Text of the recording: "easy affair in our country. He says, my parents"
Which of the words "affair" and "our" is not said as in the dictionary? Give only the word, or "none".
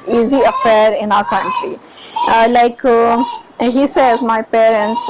none